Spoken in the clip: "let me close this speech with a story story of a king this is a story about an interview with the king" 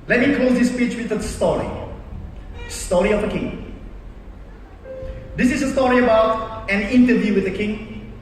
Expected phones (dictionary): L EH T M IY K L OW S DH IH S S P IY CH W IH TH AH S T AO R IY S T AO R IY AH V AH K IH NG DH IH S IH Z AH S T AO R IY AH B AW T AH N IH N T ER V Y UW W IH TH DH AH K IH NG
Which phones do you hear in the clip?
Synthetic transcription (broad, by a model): L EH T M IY K L OW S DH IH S S P IY CH W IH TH AH S T AO R IY S T AO R IY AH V AH K IH NG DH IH S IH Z AH S T AO R IY AH B AW T AH N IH N T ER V Y UW W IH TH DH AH K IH NG